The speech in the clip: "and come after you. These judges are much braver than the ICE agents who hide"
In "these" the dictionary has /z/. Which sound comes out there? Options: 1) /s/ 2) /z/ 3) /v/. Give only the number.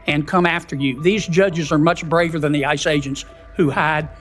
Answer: 2